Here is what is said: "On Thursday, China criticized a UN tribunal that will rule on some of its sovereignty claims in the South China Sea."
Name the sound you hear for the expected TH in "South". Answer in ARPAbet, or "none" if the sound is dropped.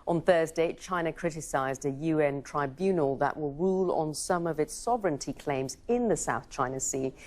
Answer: TH